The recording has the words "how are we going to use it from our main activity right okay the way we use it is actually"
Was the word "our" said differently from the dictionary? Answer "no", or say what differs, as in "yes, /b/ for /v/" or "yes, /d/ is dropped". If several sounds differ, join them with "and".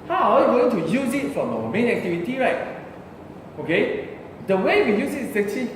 yes, /w/ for /ɹ/